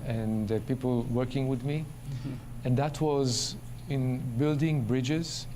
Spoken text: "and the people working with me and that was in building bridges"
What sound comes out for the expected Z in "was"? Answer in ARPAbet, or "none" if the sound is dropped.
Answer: Z